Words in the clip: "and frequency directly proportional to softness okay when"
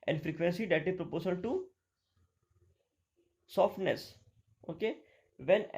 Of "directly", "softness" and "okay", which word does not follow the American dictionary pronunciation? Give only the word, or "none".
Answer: directly